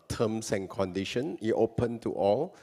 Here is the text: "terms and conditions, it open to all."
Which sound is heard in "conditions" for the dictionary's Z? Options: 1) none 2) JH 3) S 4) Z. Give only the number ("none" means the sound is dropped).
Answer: 1